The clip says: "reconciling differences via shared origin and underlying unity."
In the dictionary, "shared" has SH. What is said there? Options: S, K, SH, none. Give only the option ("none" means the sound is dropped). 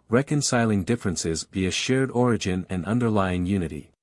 SH